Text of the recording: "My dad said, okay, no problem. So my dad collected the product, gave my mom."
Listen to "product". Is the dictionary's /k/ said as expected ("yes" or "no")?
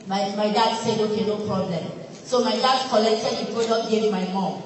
no